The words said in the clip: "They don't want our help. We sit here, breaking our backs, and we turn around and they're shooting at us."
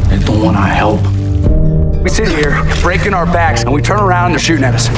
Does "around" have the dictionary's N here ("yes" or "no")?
no